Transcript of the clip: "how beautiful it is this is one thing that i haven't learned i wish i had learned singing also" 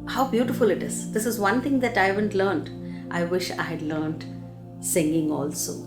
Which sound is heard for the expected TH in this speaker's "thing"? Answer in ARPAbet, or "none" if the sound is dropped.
T